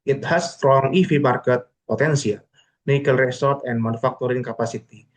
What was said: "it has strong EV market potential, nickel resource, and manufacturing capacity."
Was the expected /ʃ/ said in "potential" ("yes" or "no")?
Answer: no